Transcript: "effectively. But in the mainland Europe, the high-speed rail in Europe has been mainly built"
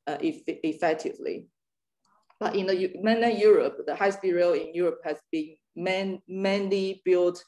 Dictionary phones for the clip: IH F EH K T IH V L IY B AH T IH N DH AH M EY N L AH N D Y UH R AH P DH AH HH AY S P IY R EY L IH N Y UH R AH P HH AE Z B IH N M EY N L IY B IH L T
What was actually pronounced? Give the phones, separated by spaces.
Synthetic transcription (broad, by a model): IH F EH K T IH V L IY B AH T IH N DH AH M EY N AH Y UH R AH P DH AH HH AY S B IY R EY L IH N Y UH R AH P HH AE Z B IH N M EY N L IY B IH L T